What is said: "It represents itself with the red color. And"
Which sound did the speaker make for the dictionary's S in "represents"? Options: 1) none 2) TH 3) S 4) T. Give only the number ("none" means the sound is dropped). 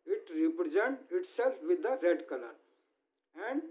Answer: 1